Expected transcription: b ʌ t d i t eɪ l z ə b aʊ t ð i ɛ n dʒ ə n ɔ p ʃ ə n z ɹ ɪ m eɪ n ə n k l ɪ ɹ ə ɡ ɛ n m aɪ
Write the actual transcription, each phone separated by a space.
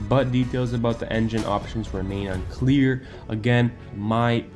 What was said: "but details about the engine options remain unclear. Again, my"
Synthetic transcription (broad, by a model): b ʌ t d i t eɪ l z ə b aʊ t ð i ɛ n dʒ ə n ɔ p ʃ ə n z ɹ ɪ m eɪ n ə n k l ɪ ɹ ə ɡ ɛ n m aɪ